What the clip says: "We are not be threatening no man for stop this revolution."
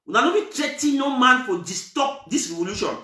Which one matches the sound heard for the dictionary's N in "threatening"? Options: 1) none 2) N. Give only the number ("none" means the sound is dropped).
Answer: 1